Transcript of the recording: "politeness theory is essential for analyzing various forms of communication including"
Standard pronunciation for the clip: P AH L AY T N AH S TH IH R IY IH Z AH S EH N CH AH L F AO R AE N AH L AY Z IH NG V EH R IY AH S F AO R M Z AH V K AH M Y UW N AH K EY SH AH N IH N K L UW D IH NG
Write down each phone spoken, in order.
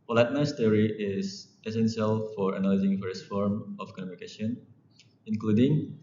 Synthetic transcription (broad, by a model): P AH L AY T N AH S T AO R IY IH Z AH S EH N S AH L F AO R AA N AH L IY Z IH NG F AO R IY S F AO R M AH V K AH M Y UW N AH K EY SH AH N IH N K L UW D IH NG